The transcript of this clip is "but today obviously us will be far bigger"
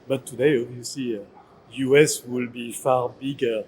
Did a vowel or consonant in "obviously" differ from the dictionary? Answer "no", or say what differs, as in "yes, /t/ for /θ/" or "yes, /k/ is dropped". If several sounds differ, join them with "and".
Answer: yes, /b/ is dropped